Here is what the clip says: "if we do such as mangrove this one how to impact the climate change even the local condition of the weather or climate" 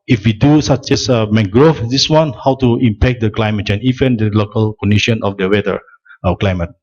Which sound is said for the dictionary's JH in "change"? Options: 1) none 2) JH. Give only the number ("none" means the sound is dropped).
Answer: 1